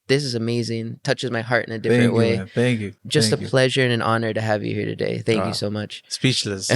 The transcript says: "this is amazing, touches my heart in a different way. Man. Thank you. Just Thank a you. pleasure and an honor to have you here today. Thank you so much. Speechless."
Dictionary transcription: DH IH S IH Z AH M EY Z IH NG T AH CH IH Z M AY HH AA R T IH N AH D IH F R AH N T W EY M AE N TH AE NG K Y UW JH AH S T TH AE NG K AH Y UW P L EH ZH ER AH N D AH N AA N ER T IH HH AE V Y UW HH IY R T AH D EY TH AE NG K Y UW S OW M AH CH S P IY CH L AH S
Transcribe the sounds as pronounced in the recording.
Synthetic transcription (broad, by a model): DH IH S IH Z AH M EY Z IH NG T AH CH IH Z M AY HH AA R T IH N AH D IH F R AH N T W EY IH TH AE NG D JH AH S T AH P L EH ZH ER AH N AH N AA N ER T IH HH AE V Y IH HH IY R T AH D EY TH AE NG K Y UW S OW M AH CH S P IY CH L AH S